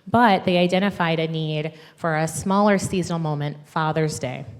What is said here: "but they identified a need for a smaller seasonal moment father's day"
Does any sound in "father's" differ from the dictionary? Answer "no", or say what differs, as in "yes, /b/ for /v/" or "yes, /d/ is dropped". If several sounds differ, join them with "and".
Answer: no